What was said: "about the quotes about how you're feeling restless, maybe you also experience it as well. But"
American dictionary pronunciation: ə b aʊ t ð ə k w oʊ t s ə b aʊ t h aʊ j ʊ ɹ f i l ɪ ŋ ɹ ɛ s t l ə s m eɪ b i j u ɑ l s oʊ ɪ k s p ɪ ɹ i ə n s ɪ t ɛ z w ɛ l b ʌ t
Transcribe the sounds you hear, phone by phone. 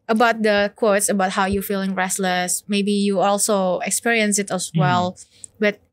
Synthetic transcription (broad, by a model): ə b aʊ t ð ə k w oʊ t s ə b aʊ t h aʊ j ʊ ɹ f i l ɪ ŋ ɹ ɛ s t l ə s m eɪ b i j u ɑ l s oʊ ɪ k s p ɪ ɹ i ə n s ɪ t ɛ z w ɛ l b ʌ t